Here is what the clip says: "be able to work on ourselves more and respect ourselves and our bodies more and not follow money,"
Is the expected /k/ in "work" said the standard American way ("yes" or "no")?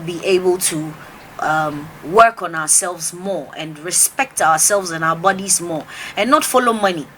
yes